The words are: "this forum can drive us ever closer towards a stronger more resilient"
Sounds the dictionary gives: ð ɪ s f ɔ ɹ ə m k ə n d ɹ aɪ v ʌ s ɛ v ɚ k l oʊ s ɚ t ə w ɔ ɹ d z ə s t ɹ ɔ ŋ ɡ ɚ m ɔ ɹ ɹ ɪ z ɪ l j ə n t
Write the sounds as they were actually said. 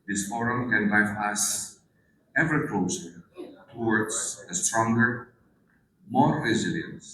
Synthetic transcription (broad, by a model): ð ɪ s f ɔ ɹ ə m k ə n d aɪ p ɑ s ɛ v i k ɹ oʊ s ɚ t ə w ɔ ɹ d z ə s t ɹ ɔ ŋ ɡ ɚ m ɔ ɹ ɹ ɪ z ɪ l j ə n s